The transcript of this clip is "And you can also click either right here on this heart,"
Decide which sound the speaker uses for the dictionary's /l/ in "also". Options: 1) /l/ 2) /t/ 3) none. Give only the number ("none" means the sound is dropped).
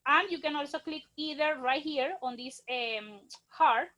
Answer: 1